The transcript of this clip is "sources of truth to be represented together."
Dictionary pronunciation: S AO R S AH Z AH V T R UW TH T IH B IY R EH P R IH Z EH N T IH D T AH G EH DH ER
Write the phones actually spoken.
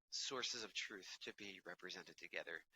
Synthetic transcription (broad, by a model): S AO R S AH Z AH V T R UW TH T IH B IY R EH P R IH Z EH N T IH D T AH G EH DH ER